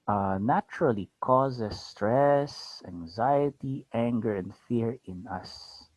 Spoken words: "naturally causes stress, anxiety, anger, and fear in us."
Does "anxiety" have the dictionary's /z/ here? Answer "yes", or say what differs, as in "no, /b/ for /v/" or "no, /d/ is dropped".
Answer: yes